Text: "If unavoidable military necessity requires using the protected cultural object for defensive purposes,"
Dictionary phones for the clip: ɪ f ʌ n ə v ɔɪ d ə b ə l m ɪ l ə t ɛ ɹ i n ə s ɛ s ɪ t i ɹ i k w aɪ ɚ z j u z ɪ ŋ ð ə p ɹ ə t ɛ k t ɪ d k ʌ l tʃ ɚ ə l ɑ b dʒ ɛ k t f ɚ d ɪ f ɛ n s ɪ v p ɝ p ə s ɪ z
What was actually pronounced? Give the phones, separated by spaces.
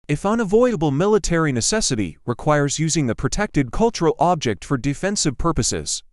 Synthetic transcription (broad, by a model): ɪ f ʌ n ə v ɔɪ d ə b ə l m ɪ l ə t ɛ ɹ i n ə s ɛ s ɪ t i ɹ i k w aɪ ɚ z j u z ɪ ŋ ð ə p ɹ ə t ɛ k t ɪ d k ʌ l tʃ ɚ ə l ɑ b dʒ ɛ k t f ɚ d ɪ f ɛ n s ɪ v p ɝ p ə s ɪ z